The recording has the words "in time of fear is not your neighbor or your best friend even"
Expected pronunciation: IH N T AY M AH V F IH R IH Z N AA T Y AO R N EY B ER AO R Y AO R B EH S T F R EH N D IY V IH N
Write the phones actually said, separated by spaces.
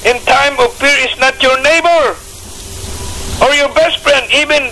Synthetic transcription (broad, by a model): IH N T AY M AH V P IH R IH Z N AA T Y AO R N EY B ER AO R Y AO R B EH S T F R EH N D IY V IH N